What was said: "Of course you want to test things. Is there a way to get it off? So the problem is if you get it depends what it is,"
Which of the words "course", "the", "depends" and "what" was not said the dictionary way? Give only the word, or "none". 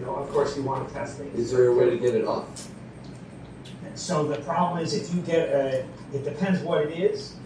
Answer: none